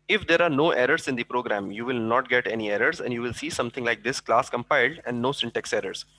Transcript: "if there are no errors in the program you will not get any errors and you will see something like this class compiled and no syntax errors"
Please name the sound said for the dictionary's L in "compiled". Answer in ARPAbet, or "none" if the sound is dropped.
L